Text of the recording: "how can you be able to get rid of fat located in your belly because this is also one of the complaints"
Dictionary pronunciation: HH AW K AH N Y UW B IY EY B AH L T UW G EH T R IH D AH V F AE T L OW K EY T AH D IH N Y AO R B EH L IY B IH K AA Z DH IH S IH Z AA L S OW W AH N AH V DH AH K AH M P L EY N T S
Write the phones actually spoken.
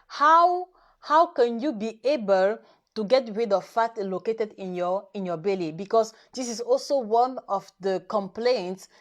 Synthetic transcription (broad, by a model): HH AW K AH N Y UW B IY EY B AH L T UW G EH T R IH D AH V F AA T L OW K EY T AH D IH N Y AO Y B EH L IY B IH K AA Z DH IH S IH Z AA L S OW W AH N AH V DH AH K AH M P L EY N T S